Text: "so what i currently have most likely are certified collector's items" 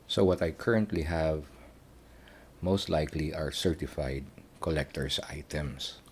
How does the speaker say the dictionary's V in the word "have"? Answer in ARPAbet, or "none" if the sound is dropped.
V